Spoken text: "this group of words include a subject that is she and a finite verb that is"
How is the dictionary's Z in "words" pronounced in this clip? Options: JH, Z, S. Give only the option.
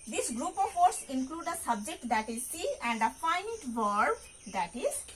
S